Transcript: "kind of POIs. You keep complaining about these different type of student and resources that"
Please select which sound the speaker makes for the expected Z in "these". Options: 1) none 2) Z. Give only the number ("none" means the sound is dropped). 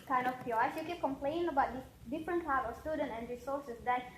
1